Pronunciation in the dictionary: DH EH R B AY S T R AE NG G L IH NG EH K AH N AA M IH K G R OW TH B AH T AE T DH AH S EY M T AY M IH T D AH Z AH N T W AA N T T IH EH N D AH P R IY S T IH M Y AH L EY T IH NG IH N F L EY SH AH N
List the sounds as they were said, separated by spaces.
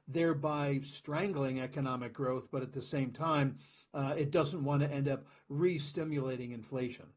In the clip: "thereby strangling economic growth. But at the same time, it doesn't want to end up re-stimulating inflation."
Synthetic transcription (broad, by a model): DH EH R B AY S T R AE NG G L IH NG EH K AH N AA M IH K G R OW TH B AH T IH T DH AH S EY M T AY M IH T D AH Z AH N T W AA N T T IH EH N D AH P R IY S T IH M Y AH L EY T IH NG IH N F L EY SH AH N